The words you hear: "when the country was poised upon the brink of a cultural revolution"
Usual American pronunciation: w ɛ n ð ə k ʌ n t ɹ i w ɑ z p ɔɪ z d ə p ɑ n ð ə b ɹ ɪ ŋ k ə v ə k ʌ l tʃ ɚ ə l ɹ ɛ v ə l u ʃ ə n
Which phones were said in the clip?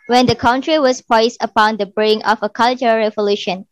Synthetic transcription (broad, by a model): w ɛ n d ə k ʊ n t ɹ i w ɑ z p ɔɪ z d ə p ɑ n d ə b ɹ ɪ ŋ ə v ə k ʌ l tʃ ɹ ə ɹ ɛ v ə l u ʃ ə n